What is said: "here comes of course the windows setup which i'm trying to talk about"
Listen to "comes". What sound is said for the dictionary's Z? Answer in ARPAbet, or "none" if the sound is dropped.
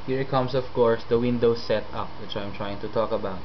S